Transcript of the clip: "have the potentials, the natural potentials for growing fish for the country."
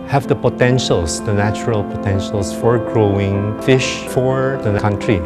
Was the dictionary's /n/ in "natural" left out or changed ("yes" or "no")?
no